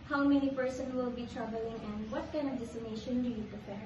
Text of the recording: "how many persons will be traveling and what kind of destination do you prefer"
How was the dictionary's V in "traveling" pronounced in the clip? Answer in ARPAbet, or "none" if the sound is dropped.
B